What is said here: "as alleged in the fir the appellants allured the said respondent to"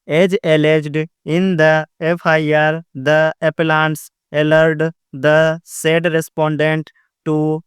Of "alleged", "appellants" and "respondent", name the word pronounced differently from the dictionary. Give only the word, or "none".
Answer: none